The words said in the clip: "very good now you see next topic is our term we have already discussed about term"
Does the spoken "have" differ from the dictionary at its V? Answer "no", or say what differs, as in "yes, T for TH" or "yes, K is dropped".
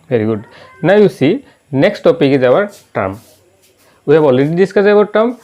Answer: yes, B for V